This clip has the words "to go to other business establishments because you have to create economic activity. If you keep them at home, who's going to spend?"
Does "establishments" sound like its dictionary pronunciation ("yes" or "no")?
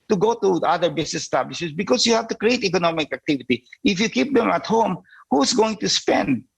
no